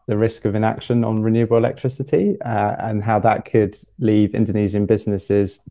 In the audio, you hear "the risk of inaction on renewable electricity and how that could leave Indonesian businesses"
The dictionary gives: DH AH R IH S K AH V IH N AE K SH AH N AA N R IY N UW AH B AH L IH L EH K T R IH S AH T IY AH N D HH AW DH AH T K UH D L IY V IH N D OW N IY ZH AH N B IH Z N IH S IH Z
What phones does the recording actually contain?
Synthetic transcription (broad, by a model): DH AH R IH S K AH V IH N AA K SH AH N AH N R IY N UW AH B AH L IH L EH K T R IH S AH T IY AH N HH AW DH AH T K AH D L IY V IH N D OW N IY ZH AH N B IH Z N IH S IH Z